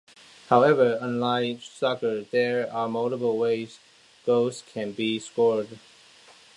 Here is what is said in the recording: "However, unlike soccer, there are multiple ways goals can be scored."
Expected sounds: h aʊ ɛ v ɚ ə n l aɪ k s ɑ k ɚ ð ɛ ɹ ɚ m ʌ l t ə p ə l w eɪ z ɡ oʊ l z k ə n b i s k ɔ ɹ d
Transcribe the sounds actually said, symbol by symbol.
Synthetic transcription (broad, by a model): h aʊ ɛ v ɚ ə n l aɪ s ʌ k ɚ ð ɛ ɹ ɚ m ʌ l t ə b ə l w eɪ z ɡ oʊ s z k ə n b i s k ɔ ɹ d